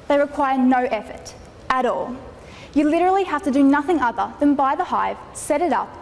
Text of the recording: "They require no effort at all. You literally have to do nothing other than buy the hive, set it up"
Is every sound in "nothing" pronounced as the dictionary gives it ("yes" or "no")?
yes